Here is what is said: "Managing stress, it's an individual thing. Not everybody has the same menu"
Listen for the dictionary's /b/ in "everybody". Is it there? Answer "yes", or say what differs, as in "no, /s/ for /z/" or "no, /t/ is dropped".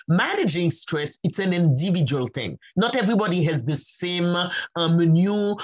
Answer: yes